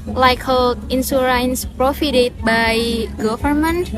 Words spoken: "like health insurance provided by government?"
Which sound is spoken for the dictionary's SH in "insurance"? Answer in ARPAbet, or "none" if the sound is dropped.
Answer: S